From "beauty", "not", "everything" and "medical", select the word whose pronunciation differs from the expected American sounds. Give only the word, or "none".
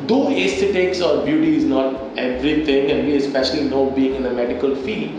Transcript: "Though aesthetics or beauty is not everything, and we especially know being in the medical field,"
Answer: everything